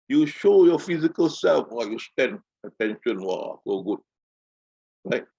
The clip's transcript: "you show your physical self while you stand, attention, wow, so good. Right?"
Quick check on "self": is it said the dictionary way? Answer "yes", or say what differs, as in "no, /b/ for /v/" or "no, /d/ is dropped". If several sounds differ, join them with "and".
yes